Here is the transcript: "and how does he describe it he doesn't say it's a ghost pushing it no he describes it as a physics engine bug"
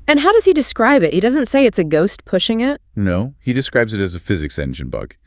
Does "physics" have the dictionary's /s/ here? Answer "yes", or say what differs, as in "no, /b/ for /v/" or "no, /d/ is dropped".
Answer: yes